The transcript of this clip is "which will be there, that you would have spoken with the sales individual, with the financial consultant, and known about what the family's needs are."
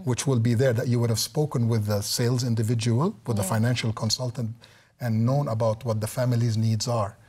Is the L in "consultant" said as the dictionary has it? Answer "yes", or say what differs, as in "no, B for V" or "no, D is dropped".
yes